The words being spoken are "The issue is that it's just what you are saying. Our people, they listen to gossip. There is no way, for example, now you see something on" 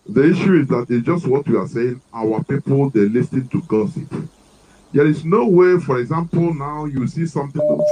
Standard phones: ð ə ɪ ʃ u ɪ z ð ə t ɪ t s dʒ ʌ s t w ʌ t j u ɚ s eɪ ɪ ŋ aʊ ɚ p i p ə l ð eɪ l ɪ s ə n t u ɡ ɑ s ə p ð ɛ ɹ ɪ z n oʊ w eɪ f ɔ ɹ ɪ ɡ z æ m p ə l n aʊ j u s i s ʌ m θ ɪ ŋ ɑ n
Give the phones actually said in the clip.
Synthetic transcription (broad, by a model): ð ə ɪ ʃ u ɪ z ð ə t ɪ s dʒ ʌ s t w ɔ t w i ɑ s eɪ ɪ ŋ aʊ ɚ p i p ə l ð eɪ l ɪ s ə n t u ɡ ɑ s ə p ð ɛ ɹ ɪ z n oʊ w eɪ f ɔ ɹ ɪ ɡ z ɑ m p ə l n aʊ j u s i s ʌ m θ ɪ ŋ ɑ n